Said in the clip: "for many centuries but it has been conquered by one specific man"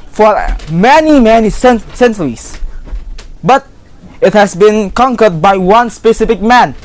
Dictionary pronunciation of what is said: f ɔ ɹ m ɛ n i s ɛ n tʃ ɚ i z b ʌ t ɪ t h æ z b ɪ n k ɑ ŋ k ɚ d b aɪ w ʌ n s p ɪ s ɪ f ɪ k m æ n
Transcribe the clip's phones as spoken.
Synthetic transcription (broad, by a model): f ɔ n m ɛ n i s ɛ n s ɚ i s b ʌ t ɪ t h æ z b ɪ n k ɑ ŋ k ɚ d b aɪ w ʌ n s p ɪ s ɪ f ɪ k m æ n